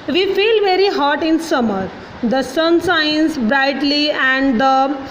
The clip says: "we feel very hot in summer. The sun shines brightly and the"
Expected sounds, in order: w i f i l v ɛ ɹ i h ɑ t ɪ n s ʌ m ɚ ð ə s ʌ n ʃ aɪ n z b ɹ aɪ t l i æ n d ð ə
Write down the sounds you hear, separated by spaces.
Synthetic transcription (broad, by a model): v i f i l v ɛ ɹ i h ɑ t ɪ n s ʌ m ɚ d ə s ʌ n s aɪ n s b ɹ aɪ t l i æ n d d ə